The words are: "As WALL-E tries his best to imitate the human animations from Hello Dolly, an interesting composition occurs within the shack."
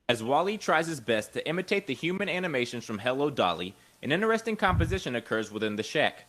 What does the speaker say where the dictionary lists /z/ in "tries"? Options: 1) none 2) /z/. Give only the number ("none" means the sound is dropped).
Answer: 2